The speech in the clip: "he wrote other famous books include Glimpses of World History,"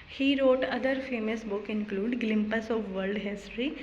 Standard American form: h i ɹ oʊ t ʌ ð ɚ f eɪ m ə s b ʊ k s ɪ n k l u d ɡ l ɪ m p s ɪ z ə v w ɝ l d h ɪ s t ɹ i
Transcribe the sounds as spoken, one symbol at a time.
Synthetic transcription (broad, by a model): h i ɹ oʊ t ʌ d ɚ f eɪ m ə s b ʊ k ɪ n k l u d ɡ l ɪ m p ɪ s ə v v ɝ l d h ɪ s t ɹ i